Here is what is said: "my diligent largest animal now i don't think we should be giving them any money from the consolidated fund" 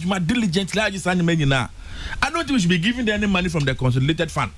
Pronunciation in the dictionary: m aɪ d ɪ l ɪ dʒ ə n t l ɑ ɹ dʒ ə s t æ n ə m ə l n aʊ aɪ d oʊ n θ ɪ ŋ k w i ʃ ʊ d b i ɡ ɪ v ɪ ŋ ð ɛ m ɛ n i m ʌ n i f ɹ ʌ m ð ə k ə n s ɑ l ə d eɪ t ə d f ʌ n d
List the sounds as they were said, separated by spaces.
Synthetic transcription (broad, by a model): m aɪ d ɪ l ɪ dʒ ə n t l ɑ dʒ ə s ɑ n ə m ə n n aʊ aɪ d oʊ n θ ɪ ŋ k w i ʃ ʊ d b i ɡ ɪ v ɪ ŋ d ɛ ɛ n i m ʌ n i f ɹ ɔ m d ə k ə n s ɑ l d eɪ t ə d f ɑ n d